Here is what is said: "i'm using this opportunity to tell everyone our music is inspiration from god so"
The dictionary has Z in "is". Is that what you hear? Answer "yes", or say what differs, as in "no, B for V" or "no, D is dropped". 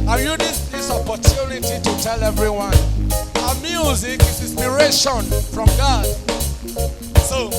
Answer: no, S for Z